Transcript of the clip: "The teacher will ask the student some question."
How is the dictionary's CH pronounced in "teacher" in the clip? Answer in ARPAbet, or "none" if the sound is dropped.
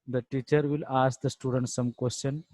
CH